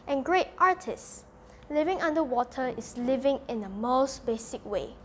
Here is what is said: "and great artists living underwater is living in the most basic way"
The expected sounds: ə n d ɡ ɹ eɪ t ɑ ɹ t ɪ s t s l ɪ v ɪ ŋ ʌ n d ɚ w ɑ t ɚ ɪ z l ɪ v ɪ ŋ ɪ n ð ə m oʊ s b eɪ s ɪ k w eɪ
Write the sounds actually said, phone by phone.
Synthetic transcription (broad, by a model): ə n ɡ ɹ eɪ t ɑ t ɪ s s l ɪ v ɪ ŋ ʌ n d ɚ w ɑ t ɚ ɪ s l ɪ v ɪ ŋ ɪ n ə m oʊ s b eɪ s ɪ k w eɪ